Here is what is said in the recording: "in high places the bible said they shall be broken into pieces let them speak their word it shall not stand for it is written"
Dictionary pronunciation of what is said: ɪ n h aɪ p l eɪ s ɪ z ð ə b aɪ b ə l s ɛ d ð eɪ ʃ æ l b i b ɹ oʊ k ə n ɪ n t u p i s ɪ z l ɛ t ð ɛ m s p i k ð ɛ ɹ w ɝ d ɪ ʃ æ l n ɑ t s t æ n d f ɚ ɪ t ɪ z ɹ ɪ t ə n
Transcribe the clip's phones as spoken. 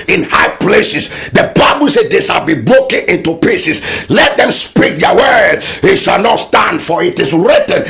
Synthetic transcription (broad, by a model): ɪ n h aɪ p l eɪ s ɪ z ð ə b aɪ b ə l s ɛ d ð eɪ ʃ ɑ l b i b ɹ oʊ k ə n ɪ n t u p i s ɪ s l ɛ t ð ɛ m s p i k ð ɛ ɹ w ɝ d ɪ ʃ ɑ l n ɑ t s t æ n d f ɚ ɪ t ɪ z ɹ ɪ t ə n